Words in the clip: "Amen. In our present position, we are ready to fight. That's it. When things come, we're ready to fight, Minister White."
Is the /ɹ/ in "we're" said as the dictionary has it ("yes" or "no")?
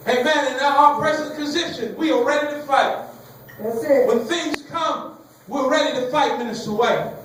no